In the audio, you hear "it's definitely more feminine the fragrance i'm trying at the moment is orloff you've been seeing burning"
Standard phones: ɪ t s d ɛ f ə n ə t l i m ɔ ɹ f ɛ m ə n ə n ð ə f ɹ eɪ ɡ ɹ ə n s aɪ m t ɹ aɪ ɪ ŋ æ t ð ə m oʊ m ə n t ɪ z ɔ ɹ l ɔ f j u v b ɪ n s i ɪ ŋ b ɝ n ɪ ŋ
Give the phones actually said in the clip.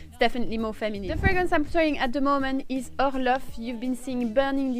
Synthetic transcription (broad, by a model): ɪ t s d ɛ f ə n ə t l i m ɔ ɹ f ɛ m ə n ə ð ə f ɹ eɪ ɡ w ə n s aɪ m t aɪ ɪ ŋ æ t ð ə m oʊ m ə n t ɪ z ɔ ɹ l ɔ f j u v b ɪ n s i ɪ ŋ b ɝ n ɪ ŋ